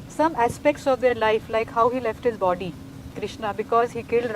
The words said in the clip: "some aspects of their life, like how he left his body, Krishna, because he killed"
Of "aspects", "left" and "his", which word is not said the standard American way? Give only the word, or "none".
none